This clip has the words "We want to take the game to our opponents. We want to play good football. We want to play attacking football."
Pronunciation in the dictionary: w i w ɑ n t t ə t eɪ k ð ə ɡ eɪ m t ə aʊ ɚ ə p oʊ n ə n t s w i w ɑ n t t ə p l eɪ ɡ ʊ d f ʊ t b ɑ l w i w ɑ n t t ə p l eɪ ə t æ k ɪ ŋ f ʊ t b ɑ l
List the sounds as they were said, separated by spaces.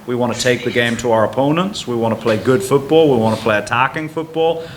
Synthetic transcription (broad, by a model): w i w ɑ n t t ə t eɪ k ð ə ɡ eɪ m t ə aʊ ɚ ə p oʊ n ə n t s w i w ɑ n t t ə p l eɪ ɡ ʊ d f ʊ t b ɑ l w i w ɑ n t t ə p l eɪ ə t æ k ɪ ŋ f ʊ t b ɑ l